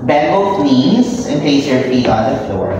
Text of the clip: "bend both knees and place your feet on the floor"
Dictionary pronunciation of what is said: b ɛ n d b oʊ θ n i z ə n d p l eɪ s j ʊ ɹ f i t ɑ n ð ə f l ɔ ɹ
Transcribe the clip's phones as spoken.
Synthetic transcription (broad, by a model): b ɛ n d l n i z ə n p eɪ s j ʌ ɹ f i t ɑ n ð ə f l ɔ ɹ